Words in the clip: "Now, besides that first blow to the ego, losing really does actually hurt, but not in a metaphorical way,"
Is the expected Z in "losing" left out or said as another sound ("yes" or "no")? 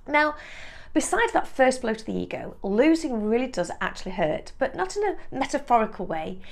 no